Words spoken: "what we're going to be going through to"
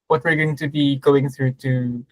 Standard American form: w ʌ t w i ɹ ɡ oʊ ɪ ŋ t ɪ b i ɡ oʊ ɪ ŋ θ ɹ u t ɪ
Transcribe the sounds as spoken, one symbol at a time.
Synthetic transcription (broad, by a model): w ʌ t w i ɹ ɡ oʊ ɪ ŋ t ɪ b i ɡ oʊ ɪ ŋ θ ɹ u t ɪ